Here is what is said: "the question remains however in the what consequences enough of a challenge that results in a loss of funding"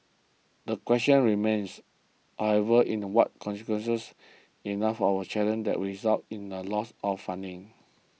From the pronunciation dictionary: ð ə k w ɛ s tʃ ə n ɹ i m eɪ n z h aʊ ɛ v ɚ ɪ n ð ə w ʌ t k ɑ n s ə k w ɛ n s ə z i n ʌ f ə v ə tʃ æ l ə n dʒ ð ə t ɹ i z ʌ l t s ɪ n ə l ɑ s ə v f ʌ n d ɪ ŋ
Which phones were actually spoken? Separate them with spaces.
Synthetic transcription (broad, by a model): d ə k w ɛ s tʃ ə n ɹ i m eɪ n s h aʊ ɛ v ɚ ɪ n w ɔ t k ɑ n s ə k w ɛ n s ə s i n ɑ f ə w ə tʃ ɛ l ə n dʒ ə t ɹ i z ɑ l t ɪ n ə l ɑ s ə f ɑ n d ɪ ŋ